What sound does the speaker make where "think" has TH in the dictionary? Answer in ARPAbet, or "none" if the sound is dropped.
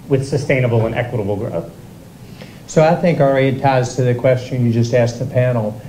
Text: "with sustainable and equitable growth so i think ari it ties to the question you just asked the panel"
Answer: TH